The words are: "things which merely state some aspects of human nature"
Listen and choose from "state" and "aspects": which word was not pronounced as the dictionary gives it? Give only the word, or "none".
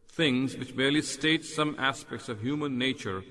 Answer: none